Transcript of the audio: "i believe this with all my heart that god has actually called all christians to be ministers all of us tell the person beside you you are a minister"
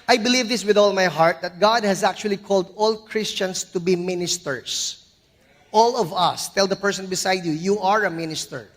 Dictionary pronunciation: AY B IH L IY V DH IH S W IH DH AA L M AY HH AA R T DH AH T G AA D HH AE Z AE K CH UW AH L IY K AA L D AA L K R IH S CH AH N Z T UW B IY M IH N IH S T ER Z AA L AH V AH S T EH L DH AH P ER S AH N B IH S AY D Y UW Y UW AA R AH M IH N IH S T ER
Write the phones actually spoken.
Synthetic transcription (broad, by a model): AY B IH L IY V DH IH S W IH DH AA L M AY HH AA R T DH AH T G AA D HH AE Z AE K CH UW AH L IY K AA L D AA L K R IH S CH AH N S T UW B IY M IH N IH S T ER S AA L AH V AH S T EH L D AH P ER S AH N B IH S AY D Y UW Y UW AA R AH M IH N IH S T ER